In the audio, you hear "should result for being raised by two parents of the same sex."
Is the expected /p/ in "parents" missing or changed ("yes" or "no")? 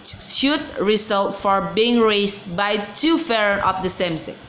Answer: yes